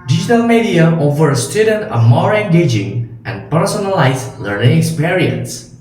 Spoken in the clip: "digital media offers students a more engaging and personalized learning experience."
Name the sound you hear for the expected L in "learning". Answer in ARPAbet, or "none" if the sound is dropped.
L